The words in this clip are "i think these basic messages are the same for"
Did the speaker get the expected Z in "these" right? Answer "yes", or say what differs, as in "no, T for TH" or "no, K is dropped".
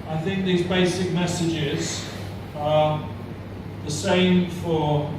yes